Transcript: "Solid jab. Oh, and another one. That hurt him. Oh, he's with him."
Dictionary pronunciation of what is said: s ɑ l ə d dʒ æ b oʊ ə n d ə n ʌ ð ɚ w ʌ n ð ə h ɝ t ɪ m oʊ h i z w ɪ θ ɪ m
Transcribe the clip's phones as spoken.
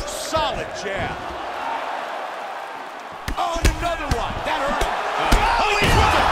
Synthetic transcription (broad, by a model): s ɑ l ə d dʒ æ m oʊ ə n ə n ʌ ð ɚ w ʌ n ð ə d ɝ ɪ oʊ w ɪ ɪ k